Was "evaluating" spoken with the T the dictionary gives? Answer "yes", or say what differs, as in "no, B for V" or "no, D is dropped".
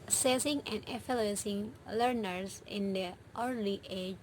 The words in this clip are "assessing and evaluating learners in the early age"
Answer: no, S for T